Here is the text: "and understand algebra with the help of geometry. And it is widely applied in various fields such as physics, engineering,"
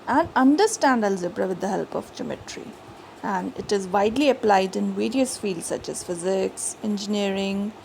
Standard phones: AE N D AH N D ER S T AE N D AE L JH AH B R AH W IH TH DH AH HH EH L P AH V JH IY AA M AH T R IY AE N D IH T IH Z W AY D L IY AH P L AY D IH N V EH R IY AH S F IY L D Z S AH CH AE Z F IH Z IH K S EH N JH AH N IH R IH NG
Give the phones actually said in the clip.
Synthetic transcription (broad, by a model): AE N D AH N D ER S T AE N D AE L Z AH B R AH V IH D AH HH EH L P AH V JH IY M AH T R IY AE N D IH T IH Z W AY D L IY AH P L AY D IH N V EH R IY AH S F IY L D S AH CH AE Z F IH Z IH K S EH N JH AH N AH R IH NG